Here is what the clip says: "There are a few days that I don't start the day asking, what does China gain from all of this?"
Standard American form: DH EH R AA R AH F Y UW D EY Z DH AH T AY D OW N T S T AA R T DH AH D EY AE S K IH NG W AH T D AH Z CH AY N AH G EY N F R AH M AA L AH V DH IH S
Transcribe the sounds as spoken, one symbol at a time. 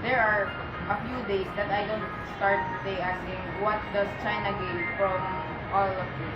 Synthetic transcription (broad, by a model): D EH R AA R AH F Y UW D EY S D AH T AY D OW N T S T AA R T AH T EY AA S IH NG W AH T D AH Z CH AY N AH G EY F R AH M AA L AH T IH